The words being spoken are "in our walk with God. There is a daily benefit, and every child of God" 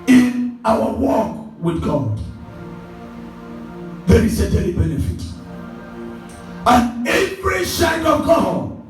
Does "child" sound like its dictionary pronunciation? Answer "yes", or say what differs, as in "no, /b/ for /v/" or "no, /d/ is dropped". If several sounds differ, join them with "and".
no, /ʃ/ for /tʃ/